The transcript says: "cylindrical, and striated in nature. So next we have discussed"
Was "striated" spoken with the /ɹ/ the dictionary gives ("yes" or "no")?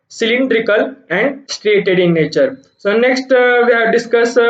yes